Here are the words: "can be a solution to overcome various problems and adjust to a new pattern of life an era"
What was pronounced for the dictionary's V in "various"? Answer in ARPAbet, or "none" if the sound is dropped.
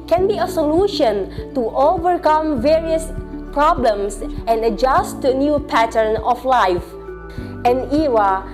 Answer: V